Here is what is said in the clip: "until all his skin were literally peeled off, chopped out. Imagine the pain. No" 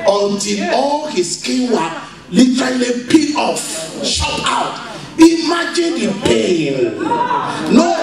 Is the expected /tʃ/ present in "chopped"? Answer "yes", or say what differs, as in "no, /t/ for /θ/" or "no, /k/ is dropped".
no, /ʃ/ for /tʃ/